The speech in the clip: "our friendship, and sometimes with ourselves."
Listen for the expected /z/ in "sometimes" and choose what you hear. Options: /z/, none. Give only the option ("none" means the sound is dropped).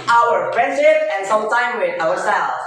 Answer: none